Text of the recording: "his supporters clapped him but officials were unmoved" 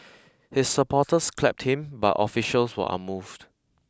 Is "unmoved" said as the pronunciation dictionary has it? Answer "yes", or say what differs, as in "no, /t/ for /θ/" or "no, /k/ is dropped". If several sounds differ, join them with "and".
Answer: no, /n/ is dropped